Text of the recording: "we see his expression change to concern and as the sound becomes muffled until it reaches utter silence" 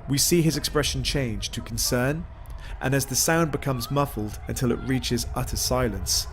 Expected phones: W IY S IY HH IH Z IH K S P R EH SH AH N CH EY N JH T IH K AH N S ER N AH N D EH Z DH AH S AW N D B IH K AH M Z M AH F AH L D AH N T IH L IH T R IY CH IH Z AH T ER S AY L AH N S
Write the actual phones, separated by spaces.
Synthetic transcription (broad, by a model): W IY S IY IH Z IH K S P R EH SH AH N CH EY N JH T IH K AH N S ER N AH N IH Z DH AH S AW N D B IH K AH M Z M AH F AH L D AH N T IH L IH T R IY CH IH Z AH T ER S AY L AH N S